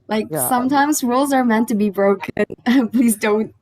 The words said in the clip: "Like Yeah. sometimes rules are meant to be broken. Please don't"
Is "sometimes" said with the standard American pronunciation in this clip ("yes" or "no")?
yes